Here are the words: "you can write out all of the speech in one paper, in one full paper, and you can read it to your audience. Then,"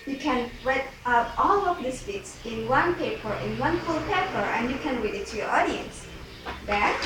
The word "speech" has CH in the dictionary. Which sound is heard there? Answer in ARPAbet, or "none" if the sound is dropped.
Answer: S